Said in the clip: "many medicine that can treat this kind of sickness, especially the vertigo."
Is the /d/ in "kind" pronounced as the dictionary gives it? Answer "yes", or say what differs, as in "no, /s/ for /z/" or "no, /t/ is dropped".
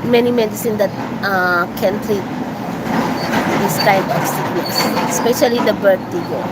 no, /d/ is dropped